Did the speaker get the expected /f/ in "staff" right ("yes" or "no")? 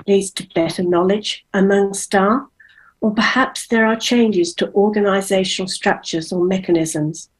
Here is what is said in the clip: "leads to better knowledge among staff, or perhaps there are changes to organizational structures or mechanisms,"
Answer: no